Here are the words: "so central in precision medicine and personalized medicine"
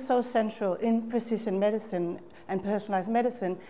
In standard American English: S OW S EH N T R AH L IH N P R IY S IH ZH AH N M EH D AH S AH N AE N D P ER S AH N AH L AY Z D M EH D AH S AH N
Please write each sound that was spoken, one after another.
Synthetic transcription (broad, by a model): S OW S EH N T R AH L IH N P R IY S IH S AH N M EH D AH S AH N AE N P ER S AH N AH L AY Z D M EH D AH S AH N